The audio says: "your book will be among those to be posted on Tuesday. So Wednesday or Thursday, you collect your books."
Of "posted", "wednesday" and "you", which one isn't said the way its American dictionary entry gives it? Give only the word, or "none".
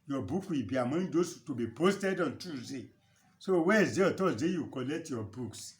wednesday